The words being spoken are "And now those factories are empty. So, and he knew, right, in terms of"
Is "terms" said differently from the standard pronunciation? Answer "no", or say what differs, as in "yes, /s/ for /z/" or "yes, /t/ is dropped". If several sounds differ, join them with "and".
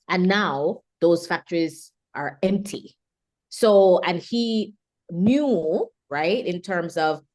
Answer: no